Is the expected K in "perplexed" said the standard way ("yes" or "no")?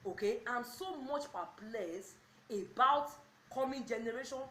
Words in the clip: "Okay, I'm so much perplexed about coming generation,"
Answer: no